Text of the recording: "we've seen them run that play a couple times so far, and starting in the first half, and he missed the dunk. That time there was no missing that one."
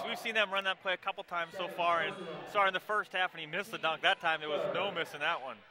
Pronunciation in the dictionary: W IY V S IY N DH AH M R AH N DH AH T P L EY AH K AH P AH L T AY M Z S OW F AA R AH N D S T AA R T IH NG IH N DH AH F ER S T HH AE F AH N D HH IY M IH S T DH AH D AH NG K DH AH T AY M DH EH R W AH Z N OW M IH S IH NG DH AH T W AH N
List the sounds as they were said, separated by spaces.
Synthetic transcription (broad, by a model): W IY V S IY N DH AH M R AH N DH AH T P L EY AH K AH P L T AY M Z S OW F AA R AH N S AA R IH IH N DH AH F ER S T HH AE F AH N IY M IH S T DH AH D AH NG K DH AH T AY M DH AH R W AH Z N OW M IH S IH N DH AH T W AH N